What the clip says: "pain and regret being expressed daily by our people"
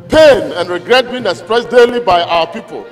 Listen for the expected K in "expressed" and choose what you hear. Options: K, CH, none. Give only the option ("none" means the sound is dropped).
none